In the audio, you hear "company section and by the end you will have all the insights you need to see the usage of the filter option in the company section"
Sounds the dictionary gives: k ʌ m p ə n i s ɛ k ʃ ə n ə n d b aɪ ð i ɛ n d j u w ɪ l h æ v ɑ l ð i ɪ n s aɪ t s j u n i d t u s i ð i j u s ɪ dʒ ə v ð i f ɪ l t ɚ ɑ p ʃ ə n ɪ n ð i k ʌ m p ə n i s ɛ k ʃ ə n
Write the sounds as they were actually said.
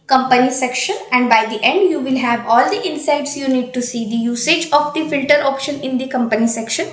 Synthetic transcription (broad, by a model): k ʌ m p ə n i s ɛ k ʃ ə n ə n d b aɪ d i ɛ n d j u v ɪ l h æ v ɑ l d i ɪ n s aɪ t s j u n i d t u s i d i j u s ɪ dʒ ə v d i f ɪ l t ɚ ɑ p ʃ ə n ɪ n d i k ʌ m p ə n i s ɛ k ʃ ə n